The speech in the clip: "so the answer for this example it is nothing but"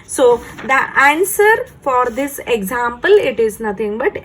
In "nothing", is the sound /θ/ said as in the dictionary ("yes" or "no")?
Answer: no